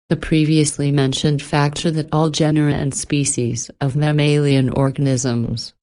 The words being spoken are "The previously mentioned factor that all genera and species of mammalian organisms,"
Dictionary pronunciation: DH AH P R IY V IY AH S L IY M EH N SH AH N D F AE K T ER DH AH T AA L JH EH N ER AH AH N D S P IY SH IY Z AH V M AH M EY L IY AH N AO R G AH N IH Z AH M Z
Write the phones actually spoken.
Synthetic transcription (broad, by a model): DH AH P R IY V IY AH S L IY M EH N SH AH N D F AE K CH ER DH AH T AA L JH EH N ER AH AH N S P IY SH IY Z AH V M AH M EY L IY AH N AO R G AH N IH Z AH M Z